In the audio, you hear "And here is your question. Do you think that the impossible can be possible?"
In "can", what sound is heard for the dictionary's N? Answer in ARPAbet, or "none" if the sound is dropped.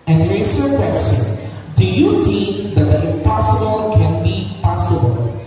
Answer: N